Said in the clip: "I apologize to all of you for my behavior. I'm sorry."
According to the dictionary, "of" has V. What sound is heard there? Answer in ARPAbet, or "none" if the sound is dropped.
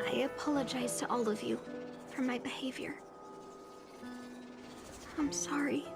V